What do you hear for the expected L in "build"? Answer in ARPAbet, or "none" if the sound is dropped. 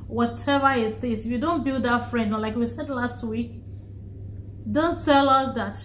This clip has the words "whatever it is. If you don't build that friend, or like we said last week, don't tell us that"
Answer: L